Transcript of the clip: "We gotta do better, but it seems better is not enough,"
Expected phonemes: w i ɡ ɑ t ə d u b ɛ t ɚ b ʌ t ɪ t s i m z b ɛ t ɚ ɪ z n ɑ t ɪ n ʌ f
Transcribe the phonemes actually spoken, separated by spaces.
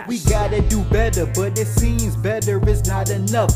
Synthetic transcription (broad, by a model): w i ɡ ɑ t ə d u b ɛ t ɚ b ʌ t ɪ t s i m z b ɛ t ɚ ɪ z n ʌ t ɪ n ʌ f